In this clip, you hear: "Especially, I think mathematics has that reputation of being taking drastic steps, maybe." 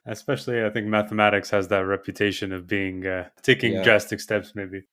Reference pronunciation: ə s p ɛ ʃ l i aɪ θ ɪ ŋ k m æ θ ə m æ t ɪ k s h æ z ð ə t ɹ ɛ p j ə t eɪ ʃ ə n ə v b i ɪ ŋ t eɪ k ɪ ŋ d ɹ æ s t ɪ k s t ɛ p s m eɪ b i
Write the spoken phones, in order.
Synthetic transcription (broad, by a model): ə s p ɛ ʃ l i aɪ θ ɪ ŋ k m æ θ ə m æ t ɪ k s h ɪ z ð ə t ɹ ɛ p j ə t eɪ ʃ ə n ə v b i ɪ ŋ t eɪ k ɪ ŋ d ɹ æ s t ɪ k s t ɛ p s m eɪ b i